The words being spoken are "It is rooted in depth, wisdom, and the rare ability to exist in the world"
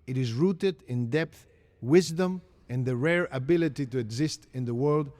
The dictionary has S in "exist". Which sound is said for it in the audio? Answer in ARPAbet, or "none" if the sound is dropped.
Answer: S